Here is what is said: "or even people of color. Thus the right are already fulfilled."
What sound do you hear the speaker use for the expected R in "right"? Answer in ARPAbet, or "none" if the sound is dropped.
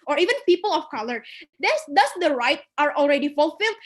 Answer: R